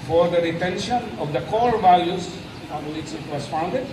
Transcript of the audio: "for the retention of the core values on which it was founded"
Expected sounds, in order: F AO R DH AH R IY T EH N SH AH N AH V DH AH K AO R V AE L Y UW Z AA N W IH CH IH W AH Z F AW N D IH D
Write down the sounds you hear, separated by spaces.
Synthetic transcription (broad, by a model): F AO R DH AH R IY T EH N SH AH N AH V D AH K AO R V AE L Y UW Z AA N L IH S IH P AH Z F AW N D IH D